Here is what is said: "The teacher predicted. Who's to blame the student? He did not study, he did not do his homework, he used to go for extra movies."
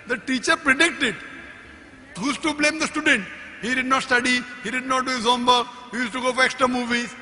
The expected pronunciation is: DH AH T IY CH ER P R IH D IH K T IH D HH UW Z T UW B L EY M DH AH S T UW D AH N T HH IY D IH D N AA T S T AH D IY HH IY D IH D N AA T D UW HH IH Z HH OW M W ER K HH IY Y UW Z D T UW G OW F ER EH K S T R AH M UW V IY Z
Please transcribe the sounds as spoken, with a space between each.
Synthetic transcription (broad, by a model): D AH T IY CH ER P R IH D IH K T IH D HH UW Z T UW B L EY M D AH S T UW D AH N T HH IY D IH D N AA T S T AH D IY HH IY D IH D N AA T D UW HH IH Z HH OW M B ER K HH IY Y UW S T UW G OW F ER EH K S T R AH M UW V IY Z